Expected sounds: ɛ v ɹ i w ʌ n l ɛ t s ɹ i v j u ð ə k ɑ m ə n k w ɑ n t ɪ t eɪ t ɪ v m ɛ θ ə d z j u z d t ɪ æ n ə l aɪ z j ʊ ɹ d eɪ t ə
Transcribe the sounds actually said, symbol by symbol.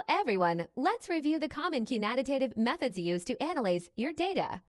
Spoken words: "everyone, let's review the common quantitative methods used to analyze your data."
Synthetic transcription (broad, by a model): ɛ v ɹ i w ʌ n l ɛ t s ɹ i v j u ð ə k ɑ m ə n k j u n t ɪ t eɪ t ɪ v m ɛ θ ə d z j u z t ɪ æ n ə l aɪ z j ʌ ɹ d eɪ t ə